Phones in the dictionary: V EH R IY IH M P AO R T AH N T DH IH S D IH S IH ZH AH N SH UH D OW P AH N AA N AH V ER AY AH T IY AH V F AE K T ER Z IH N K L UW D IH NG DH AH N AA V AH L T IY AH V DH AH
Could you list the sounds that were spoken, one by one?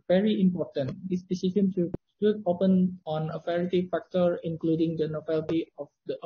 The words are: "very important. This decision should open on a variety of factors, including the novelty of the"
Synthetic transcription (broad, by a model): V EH R IY IH M P AO R T AH N T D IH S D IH S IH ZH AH N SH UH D OW P AH N AA N AH F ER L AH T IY F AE K T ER IH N K L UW D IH NG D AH N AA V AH L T IY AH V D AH